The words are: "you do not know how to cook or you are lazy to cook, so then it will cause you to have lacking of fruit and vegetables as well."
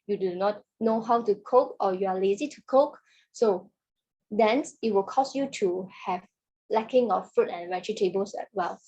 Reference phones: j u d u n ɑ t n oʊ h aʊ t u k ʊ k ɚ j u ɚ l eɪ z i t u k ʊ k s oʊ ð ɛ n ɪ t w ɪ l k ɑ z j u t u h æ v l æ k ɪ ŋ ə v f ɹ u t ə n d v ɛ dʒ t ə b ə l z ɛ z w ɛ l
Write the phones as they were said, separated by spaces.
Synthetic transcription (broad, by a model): j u d u n ɑ t n oʊ h aʊ t u k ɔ k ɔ j u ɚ l eɪ z i t u k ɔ k s oʊ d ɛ n ɪ t w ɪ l k ɑ s j u t u h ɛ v l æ k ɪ ŋ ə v f ɹ u t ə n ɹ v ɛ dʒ t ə b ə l s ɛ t w ɛ l